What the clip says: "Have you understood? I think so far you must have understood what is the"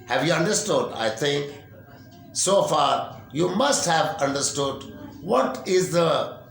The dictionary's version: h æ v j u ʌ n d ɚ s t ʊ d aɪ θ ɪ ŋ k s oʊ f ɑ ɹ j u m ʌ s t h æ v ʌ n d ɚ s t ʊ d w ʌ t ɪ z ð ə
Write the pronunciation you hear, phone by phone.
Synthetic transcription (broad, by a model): h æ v j u ʌ n d ɚ s t ʊ d aɪ t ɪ ŋ k s oʊ f ɑ ɹ j u m ʌ s t h æ v ʌ n d ɚ s t ʊ d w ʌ t ɪ z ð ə